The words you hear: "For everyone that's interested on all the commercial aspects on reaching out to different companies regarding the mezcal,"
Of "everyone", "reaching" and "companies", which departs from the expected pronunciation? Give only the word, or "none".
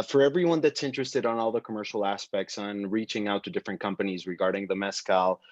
none